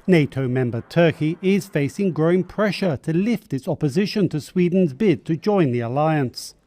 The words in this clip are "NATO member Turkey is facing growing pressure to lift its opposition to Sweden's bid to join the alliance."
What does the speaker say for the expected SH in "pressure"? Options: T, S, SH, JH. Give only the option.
SH